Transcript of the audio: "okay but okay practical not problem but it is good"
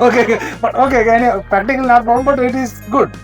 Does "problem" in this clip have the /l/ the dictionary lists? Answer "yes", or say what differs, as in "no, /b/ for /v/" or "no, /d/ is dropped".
no, /l/ is dropped